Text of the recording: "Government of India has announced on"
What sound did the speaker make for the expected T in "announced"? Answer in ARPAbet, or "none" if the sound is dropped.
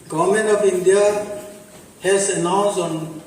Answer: none